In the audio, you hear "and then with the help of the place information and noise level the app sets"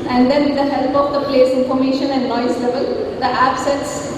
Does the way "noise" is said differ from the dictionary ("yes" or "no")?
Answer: yes